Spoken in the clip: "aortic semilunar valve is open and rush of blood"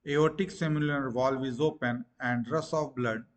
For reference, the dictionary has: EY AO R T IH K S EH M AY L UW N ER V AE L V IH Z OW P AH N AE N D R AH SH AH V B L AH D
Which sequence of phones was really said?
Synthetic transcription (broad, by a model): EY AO T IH K S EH M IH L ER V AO L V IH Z OW P AH N AE N D R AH S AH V B L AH D